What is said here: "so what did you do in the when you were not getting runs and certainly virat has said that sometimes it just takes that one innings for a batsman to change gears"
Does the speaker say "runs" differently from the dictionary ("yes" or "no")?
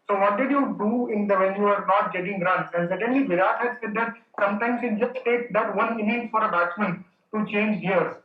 yes